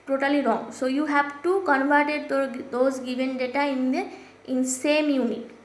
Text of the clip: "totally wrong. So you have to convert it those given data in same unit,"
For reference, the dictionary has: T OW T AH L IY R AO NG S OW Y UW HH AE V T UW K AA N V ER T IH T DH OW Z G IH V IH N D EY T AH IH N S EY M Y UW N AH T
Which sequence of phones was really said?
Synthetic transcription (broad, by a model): T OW T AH L IY R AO NG S OW Y UW HH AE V T UW K AA N V ER T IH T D OW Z G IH V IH N D EY T AH IH N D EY M Y UW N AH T